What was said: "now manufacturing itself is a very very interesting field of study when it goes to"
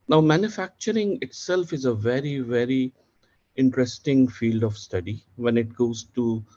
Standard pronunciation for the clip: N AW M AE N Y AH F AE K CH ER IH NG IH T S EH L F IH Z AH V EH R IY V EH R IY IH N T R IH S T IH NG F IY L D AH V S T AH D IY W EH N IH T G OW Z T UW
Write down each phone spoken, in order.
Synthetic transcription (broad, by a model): N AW M AE N Y AH F AE K CH ER IH NG IH T S EH L F IH Z AH V EH R IY V EH R IY IH N T R IH S T IH NG F IY L D AH V S T AH D IY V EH N IH T G OW Z T UW